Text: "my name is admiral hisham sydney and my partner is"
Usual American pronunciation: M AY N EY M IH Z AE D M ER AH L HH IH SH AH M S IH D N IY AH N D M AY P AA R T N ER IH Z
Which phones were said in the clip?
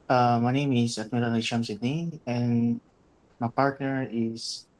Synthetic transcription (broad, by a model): M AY N EY M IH S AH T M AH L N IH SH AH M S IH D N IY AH N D M AY P AA R T N ER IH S